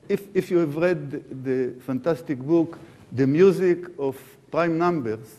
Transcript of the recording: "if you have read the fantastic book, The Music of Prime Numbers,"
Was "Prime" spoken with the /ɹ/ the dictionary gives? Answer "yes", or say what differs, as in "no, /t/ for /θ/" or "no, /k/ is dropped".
yes